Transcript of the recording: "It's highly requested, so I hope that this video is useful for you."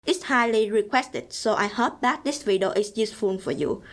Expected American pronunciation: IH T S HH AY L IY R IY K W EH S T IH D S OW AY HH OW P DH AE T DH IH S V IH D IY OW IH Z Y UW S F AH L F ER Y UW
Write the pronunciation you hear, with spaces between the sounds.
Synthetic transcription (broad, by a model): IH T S HH AY L IY R IY K W EH S T IH D S OW AY HH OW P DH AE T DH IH S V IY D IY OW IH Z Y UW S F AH N F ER Y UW